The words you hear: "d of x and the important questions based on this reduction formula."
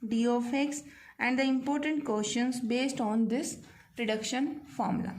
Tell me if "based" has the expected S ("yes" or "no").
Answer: yes